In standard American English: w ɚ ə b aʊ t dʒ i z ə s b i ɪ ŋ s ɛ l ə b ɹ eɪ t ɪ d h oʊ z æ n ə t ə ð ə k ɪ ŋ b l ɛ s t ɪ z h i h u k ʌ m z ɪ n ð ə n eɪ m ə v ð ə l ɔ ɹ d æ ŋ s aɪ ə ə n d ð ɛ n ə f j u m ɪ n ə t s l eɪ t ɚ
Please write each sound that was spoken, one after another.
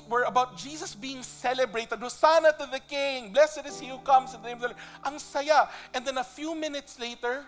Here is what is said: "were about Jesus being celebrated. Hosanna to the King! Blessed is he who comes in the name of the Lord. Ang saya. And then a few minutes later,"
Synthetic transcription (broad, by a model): w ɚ ə b aʊ t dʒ i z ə s b i ɪ ŋ s ɛ l ə b ɹ eɪ t ɪ d h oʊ s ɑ n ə t ə ð ə k ɪ ŋ b l ɛ s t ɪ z h i h u k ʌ m s ɪ n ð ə n eɪ m ə v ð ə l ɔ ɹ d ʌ ŋ s aɪ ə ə n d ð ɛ n ə f j u m ɪ n ə t s l eɪ t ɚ